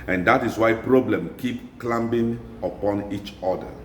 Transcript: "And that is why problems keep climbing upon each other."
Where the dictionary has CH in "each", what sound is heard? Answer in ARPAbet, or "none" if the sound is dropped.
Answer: CH